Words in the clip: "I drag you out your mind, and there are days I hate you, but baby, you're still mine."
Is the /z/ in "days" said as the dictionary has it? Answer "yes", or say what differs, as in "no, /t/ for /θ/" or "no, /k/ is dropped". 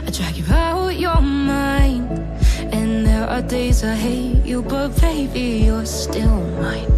yes